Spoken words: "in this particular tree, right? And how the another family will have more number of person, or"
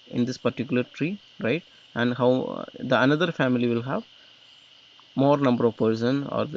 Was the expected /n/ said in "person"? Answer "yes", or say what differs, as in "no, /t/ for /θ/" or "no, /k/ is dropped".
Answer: yes